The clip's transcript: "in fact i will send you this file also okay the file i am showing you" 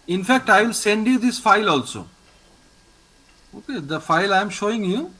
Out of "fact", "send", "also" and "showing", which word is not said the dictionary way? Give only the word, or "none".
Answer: none